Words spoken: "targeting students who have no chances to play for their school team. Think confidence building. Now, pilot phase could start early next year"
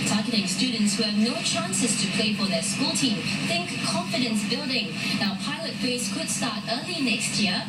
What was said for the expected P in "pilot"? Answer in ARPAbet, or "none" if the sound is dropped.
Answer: P